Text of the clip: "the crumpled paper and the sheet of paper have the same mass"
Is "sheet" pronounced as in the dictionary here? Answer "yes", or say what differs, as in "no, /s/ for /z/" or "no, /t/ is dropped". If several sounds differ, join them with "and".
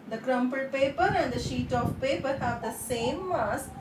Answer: yes